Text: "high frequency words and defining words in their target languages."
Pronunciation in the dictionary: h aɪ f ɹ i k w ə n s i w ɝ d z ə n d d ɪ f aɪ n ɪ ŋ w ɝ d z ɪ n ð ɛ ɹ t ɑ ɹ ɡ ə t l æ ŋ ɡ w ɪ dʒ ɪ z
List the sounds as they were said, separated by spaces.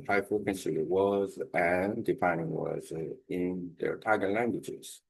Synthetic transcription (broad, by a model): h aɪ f ʌ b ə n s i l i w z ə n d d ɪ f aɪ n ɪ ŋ w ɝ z ɪ n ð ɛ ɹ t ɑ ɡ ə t l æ ŋ ɡ w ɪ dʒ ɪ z